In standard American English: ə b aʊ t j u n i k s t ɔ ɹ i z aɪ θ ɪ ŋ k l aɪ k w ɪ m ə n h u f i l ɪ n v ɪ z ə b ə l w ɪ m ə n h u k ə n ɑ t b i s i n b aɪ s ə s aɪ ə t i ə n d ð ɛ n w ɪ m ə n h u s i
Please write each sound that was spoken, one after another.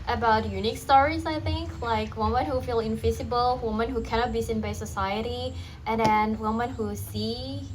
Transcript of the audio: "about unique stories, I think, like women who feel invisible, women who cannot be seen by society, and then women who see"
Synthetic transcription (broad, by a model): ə b aʊ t j u n i k s t ɔ ɹ i z aɪ θ ɪ ŋ k l aɪ k w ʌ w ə n h u f i l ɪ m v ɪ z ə b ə l w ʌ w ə n h u k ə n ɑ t b i s i n b aɪ s ə s aɪ ə t i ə n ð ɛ n w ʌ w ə n h u s i